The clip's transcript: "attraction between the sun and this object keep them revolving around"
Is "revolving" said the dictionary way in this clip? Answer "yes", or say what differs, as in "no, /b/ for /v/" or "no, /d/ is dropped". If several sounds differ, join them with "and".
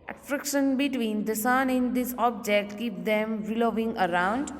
no, /l/ is dropped